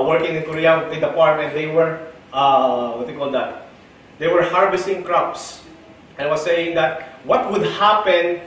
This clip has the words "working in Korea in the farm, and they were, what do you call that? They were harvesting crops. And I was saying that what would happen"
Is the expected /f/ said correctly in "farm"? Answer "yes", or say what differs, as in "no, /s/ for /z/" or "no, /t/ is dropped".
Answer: no, /p/ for /f/